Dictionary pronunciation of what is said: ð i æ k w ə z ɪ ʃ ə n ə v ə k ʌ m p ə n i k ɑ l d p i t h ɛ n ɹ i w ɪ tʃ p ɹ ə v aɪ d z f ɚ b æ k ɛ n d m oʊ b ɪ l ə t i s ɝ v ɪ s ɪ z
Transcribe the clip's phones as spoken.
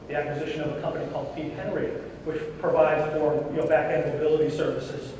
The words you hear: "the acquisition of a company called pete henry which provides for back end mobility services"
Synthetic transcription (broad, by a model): ð i æ k w ə z ɪ ʃ ə n ə v ə k ʌ m p ə n i k ɑ l d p i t h ɛ n ɹ i w ɪ tʃ p ɹ ə v aɪ d z f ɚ b æ k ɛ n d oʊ b ɪ l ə t i s ɝ v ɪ s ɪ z